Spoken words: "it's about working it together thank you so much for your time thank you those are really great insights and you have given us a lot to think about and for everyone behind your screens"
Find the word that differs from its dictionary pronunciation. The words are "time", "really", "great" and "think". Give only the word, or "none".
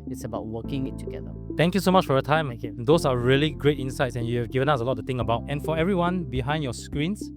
think